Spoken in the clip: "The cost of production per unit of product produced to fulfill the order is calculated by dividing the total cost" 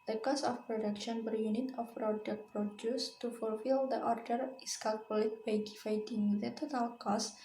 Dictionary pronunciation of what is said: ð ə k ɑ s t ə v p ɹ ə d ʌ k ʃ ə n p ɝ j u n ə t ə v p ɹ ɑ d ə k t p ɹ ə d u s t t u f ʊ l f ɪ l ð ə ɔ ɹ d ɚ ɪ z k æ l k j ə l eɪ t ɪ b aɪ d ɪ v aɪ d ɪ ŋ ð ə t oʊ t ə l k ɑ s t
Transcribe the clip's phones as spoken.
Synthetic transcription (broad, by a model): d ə k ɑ s ə f p ɹ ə d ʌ k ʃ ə n b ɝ j u n ə t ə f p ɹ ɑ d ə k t p ɹ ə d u s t t u f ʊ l f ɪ l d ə ɔ ɹ d ɚ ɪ s k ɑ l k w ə l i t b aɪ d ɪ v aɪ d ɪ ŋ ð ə t oʊ t ə l k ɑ s